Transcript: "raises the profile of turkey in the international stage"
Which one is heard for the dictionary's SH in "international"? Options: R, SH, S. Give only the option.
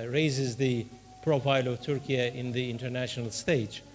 SH